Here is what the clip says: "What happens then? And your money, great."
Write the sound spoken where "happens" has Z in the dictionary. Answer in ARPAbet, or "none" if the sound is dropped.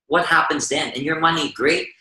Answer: Z